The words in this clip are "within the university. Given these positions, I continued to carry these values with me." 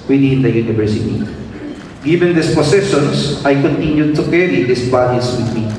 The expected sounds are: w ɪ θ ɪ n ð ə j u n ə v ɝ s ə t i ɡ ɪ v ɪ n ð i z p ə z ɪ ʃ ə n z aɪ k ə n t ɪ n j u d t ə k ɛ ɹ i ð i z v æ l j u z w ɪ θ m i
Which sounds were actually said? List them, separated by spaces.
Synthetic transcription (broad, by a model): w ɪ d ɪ n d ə j u n ə v ɝ s ə t i ɡ ɪ v ɪ n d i s p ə s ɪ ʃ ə n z aɪ k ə n t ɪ n j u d t ə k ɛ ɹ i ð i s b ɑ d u s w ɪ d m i